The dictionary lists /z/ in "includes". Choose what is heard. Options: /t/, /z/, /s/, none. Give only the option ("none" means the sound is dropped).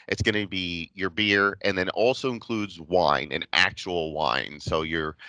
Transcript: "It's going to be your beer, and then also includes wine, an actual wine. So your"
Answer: /z/